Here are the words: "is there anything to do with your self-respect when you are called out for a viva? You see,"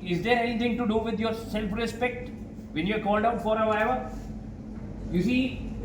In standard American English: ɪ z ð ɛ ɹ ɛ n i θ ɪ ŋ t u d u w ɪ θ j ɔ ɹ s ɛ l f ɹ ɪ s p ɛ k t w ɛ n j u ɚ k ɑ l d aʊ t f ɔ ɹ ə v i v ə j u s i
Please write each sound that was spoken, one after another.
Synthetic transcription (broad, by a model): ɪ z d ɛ ɹ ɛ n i t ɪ ŋ t u d u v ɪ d j ɔ ɹ s ɛ l f ɹ ɪ s p ɛ k t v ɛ n j u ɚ k ɑ l d aʊ t f ɔ ɹ ə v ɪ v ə j u s i